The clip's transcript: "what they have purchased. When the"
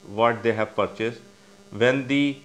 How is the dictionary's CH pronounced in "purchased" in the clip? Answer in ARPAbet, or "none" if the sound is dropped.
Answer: CH